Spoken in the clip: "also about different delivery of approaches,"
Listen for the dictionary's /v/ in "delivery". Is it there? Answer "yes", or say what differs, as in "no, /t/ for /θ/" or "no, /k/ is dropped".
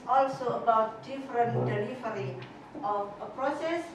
no, /f/ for /v/